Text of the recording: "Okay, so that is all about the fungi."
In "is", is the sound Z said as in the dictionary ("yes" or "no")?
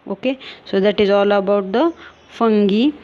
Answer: yes